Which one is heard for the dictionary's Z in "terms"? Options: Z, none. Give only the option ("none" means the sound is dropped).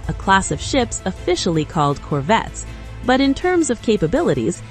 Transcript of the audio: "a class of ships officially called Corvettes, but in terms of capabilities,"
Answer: Z